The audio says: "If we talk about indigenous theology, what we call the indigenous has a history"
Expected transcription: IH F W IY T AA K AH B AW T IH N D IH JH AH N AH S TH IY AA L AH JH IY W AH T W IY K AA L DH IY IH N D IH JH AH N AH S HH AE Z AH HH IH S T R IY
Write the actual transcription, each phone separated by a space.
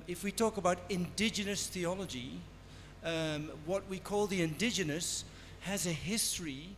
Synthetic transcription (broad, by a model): IH F W IY T AA K AH B AW T IH N D IH JH AH N AH S TH IY AA L AH JH IY W AH T W IY K AA L DH IY IH N D IH JH AH N AH S HH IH Z AH HH IH S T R IY